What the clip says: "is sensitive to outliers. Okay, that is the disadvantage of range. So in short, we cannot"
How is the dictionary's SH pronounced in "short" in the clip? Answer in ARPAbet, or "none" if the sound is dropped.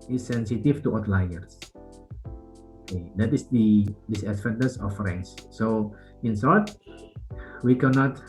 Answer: S